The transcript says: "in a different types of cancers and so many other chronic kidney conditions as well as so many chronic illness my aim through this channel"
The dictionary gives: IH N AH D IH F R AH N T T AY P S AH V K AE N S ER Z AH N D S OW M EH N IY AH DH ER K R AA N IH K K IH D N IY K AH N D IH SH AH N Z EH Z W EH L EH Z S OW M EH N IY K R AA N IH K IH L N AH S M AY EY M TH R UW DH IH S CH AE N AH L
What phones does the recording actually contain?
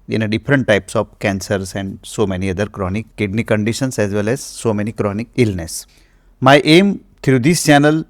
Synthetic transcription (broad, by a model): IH N AH D IH F R AH N T T AY P S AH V K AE N S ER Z AH N D S OW M EH N IY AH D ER K R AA N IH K K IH D N IY K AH N D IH SH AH N S EH Z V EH L EH Z S OW M EH N IY K R AA N IH K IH L N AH S M AY EY M T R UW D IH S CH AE N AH L